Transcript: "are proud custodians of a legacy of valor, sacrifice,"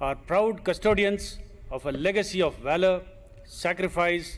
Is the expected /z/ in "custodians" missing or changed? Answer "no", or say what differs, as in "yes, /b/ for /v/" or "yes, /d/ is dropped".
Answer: yes, /s/ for /z/